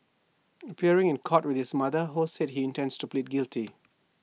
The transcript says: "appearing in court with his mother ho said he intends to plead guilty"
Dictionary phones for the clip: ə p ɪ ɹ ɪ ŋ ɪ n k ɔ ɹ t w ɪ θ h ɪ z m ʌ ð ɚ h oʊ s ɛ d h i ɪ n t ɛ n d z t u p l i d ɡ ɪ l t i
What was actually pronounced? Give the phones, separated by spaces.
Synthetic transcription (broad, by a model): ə p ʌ ɹ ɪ ŋ ɪ n k ɔ t w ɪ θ h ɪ s m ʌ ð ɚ h oʊ s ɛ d h i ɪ n t ɛ n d s t u p l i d ɡ ɪ l t i